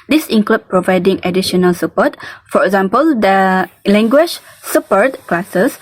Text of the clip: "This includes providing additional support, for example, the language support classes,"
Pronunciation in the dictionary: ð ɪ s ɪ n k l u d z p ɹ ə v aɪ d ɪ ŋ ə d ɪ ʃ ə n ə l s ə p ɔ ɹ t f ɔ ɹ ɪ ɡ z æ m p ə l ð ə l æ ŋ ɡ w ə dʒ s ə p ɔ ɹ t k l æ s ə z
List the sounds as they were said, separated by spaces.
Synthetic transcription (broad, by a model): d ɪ s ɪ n k l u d p ɹ ə v aɪ d ɪ ŋ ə d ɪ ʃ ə n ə l s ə p ɔ t f ɔ ɹ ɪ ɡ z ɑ m p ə l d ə l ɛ ŋ ɡ w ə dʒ s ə p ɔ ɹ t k l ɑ s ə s